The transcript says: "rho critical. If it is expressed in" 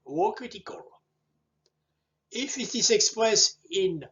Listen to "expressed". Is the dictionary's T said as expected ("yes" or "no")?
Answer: no